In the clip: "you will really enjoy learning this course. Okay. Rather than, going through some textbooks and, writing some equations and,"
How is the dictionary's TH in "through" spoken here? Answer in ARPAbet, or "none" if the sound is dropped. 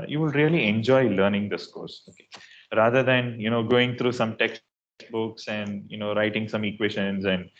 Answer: T